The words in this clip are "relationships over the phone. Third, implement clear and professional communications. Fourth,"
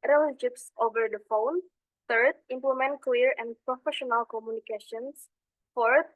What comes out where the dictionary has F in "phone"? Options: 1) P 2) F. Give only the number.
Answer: 2